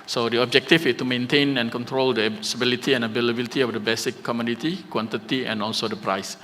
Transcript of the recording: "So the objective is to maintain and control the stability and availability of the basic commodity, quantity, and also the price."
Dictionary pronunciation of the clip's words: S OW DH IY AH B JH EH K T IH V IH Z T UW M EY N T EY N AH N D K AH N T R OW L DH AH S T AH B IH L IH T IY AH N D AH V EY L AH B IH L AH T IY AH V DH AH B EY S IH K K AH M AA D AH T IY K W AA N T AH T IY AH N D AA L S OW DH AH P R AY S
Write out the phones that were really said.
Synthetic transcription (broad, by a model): S OW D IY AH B JH EH K T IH F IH S T UW M EY N T EY N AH N K AH N T R OW L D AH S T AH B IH L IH T IY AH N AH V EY L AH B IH L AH T IY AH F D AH B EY S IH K K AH M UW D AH T IY K W AA N T AH T IY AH N AA L S OW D AH P R AY S